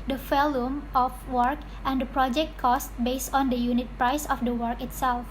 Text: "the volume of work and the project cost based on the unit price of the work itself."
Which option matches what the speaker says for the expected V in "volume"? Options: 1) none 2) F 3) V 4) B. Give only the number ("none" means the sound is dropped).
2